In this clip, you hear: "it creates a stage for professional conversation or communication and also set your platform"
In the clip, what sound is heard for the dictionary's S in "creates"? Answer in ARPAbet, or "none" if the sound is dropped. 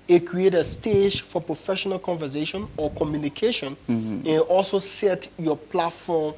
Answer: none